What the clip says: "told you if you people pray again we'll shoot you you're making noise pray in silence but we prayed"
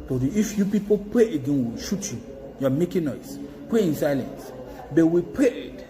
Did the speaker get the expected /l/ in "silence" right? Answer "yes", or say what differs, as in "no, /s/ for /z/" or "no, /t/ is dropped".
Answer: yes